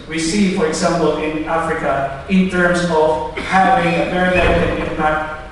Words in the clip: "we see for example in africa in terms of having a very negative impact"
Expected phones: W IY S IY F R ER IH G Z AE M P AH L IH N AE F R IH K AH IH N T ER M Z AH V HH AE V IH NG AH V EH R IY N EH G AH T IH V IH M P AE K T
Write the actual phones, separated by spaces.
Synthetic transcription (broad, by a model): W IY S IY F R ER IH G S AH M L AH N IH N AE F R IH K AH IH N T ER M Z AH V HH AE V IH NG AH V EH R IY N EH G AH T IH IH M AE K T